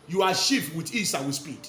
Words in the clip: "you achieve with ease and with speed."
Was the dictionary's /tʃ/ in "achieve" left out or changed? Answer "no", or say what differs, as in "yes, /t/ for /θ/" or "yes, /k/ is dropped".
yes, /ʃ/ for /tʃ/